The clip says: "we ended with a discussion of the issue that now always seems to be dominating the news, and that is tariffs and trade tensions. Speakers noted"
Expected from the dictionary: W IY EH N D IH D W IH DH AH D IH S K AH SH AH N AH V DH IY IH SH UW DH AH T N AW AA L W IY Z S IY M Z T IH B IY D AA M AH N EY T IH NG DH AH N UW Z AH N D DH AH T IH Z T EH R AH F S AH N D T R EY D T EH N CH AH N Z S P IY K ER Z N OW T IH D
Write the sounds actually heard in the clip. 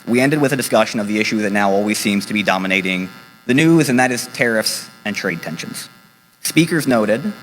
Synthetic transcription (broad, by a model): W IY EH N D IH D W IH DH AH D IH S K AH SH AH N AH V DH IY IH SH UW DH AH T N AW AA L W IY Z S IY M Z T IH B IY D AA M AH N EY T IH NG DH AH N UW Z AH N DH AH T IH Z T EH R AH F S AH N T R EY D T EH N SH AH N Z S P IY K ER Z N OW T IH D